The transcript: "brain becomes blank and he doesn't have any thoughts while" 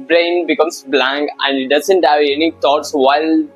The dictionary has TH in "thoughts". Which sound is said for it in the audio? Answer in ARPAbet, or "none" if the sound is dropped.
T